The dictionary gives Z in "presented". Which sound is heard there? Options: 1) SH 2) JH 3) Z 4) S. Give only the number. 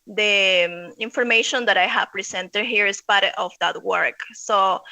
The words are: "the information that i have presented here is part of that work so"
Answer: 4